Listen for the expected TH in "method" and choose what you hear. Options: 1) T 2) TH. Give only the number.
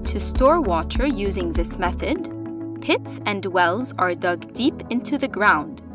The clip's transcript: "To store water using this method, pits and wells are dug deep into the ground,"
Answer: 2